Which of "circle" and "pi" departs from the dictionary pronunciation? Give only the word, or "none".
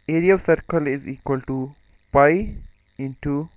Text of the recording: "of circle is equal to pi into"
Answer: pi